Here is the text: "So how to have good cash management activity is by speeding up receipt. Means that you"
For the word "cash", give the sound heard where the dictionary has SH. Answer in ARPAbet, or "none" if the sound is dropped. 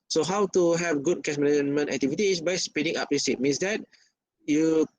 S